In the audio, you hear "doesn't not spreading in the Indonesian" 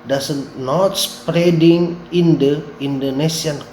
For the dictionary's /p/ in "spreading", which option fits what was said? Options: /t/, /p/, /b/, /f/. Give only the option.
/p/